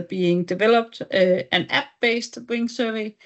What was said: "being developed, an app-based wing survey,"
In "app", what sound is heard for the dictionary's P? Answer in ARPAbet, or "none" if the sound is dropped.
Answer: B